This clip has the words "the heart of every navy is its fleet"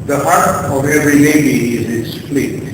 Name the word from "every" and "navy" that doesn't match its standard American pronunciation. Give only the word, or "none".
navy